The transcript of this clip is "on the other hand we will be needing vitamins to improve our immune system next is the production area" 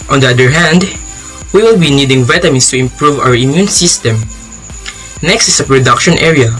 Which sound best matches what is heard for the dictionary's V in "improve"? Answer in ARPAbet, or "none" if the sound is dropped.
V